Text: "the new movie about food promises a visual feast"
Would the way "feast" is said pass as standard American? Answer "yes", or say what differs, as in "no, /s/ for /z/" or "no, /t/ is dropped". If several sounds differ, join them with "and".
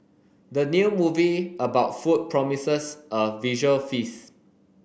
no, /t/ is dropped